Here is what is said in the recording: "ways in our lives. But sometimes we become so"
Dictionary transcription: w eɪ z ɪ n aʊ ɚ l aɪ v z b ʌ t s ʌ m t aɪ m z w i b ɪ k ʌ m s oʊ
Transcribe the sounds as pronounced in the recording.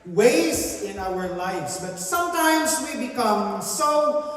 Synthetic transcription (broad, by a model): w eɪ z ɪ n aʊ ɚ l aɪ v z b ʌ t s ʌ m t aɪ m z w i b ɪ k ʌ m s oʊ